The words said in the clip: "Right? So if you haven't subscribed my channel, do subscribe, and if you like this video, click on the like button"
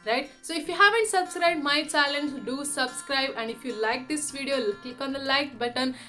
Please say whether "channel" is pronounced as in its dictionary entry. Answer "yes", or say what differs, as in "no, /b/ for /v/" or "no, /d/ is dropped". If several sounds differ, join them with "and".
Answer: no, /l/ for /n/